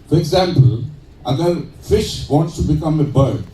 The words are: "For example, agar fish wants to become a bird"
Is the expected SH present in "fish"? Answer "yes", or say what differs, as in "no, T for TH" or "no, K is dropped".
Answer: yes